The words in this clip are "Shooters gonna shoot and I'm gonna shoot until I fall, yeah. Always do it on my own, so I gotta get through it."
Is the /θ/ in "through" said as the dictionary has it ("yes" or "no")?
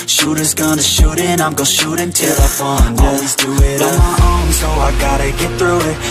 yes